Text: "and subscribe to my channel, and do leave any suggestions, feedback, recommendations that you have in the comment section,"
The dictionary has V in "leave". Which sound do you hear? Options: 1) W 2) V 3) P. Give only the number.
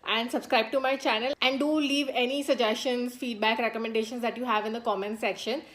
2